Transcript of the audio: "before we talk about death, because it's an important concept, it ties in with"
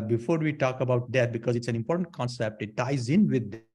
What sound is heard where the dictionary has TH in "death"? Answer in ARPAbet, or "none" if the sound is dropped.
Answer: T